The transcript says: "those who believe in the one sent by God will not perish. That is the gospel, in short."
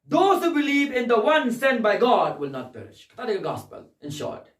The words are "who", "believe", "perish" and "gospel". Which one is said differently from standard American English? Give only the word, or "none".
none